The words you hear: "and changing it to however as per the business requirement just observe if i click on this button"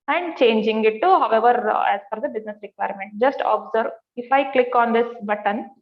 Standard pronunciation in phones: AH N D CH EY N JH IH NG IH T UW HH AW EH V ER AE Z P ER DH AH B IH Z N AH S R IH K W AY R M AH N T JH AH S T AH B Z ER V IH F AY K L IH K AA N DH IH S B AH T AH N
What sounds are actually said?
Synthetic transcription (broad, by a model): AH N D CH EY N JH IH NG IH T UW HH AW EH V ER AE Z F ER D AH B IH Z N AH S R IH K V AY R M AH N T JH AH S T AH B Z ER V IH F AY K L IH K AA N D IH S B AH T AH N